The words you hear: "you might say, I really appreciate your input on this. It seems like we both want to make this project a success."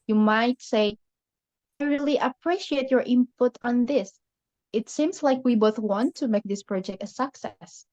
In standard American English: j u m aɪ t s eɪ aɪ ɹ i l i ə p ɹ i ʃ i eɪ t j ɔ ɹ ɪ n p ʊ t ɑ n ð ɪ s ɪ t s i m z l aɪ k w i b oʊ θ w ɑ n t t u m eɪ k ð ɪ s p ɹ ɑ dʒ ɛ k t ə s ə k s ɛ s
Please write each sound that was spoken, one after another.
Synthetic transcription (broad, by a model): j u m aɪ t s eɪ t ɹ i l i ə p ɹ i ʃ i eɪ t j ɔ ɹ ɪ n p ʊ t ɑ n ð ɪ s ɪ t s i m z l aɪ k w i b oʊ θ w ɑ n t t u m eɪ k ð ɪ s p ɹ ɑ dʒ ɛ k t ə s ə k s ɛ s